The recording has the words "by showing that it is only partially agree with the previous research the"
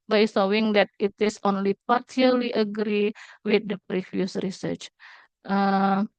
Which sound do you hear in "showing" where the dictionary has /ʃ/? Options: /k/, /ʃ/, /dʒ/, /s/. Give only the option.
/s/